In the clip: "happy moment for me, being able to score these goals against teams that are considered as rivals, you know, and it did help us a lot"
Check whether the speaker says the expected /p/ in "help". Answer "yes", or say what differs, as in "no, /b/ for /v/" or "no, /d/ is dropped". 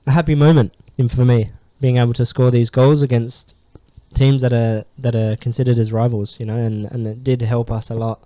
yes